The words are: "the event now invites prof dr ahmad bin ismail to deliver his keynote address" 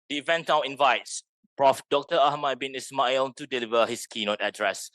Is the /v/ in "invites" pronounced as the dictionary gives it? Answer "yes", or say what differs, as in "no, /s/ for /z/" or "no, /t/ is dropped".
yes